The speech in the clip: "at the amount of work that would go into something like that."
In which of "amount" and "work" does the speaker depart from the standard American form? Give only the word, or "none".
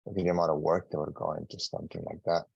amount